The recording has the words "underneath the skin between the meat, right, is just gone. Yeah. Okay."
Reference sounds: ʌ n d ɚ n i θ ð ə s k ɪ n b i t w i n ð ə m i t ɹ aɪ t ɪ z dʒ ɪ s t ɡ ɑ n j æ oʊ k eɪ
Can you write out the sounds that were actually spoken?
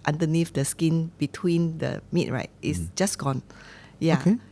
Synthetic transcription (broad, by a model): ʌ n d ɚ n i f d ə s k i n b i t w i n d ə m i t ɹ aɪ t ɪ s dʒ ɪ s ɡ ɑ n j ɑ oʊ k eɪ